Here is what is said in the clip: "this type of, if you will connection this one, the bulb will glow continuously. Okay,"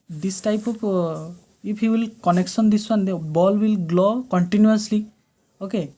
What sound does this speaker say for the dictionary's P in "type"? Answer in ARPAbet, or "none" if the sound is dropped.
P